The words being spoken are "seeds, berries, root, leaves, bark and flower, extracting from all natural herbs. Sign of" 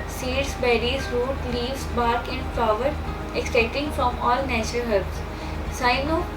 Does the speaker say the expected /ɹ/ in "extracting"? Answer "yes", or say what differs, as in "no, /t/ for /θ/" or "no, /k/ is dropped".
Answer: no, /ɹ/ is dropped